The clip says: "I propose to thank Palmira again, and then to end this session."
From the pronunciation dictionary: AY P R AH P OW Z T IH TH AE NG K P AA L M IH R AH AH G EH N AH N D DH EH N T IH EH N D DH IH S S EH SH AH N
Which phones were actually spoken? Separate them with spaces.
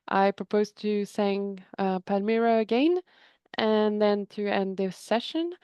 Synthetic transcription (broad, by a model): AY P R AH P OW Z T IH S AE NG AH P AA M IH R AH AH G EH N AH N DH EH N T IH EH N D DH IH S S EH SH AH N